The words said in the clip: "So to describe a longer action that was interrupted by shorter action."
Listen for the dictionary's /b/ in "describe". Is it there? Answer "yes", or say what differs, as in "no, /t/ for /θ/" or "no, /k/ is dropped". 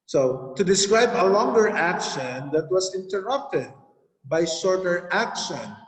yes